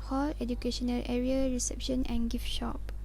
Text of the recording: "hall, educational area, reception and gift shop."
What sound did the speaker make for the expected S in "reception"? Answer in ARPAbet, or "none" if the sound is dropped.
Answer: S